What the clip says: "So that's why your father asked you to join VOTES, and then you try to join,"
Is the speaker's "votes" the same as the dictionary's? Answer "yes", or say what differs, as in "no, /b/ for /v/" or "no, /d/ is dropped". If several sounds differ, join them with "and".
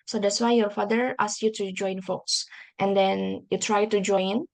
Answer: no, /f/ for /v/